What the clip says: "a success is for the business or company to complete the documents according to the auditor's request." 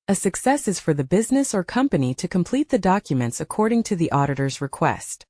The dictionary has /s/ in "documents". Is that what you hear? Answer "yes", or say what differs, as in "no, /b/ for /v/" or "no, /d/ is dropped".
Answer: yes